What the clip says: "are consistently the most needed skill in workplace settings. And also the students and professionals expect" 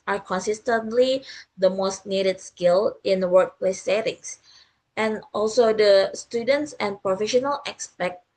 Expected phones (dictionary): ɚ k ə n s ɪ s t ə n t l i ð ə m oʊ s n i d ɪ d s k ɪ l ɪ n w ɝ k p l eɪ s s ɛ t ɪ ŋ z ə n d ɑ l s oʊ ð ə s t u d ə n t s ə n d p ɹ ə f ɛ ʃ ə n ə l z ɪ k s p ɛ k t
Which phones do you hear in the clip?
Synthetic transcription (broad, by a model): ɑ k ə n s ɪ s t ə n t l i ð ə m oʊ s n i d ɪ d s k ɪ l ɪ n w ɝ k p l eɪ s s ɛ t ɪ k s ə n ɑ l s oʊ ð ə s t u d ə n t s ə n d p ɹ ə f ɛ ʃ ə n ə l ɪ k s p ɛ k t